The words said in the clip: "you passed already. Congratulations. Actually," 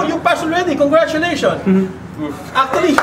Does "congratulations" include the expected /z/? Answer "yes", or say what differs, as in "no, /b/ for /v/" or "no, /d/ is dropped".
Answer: no, /z/ is dropped